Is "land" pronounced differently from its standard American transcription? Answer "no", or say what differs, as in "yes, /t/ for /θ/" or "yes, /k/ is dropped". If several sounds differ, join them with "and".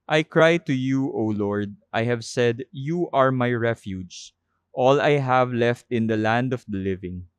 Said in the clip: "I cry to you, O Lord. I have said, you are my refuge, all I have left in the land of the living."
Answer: no